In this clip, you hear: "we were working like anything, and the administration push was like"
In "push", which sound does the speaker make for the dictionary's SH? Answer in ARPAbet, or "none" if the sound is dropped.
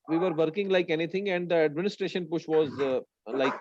SH